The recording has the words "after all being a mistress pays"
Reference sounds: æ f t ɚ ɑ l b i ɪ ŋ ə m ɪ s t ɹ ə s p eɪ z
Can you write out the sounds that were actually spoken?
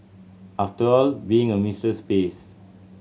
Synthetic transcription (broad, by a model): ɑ f t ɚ ɑ l b i ɪ ŋ ə m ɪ s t ə s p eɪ s